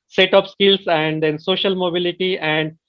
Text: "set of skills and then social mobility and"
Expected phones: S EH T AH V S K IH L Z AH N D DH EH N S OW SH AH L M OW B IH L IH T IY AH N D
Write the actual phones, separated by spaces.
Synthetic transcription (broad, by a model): S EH T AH P S K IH L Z AH N D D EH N S OW SH AH L M OW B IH L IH T IY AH N D